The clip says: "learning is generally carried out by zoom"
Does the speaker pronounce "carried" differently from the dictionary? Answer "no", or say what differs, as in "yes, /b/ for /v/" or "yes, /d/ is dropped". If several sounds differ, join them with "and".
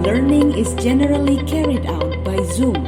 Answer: no